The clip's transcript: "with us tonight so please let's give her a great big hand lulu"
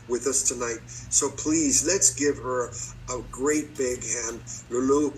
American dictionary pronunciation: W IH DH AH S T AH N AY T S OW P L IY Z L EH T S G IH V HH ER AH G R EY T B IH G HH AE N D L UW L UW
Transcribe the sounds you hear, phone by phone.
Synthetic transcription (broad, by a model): W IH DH AH S T AH N AY T S OW P L IY Z L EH T S G IH V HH ER AH G R EY T B IH G HH AE N D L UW L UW